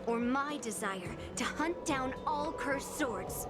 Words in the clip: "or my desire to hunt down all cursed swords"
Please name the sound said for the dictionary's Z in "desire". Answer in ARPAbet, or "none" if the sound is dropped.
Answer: Z